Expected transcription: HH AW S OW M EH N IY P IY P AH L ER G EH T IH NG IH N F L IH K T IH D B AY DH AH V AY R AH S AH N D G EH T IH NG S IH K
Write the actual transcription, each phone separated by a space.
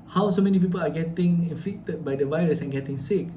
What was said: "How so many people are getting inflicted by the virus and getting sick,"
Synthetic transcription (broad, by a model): HH AW S OW M EH N IY P IY P AH L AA G EH T IH NG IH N F L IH K T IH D B AY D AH V AY R AH S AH N G EH T IH NG S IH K